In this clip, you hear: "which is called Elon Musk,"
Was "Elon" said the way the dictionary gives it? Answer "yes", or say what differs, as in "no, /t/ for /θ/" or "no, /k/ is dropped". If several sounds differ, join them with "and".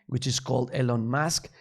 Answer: yes